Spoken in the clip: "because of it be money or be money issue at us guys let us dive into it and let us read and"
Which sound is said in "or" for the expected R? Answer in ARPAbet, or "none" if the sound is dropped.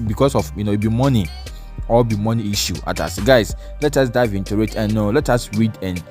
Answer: L